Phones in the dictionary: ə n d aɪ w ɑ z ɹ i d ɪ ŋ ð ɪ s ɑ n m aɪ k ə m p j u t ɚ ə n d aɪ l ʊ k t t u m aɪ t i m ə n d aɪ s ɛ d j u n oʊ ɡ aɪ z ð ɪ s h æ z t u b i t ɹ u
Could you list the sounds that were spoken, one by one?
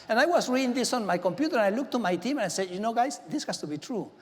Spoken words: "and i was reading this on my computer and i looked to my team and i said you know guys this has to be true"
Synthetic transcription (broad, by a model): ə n aɪ w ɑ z ɹ i d ɪ ŋ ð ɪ s ɑ n m aɪ k ə m p j u t ɚ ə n aɪ l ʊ k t t u m aɪ t i m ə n aɪ s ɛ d j u n oʊ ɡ aɪ s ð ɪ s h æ s t u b i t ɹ u